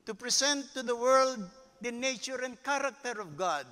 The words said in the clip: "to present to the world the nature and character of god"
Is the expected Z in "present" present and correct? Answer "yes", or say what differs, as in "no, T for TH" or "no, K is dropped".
no, S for Z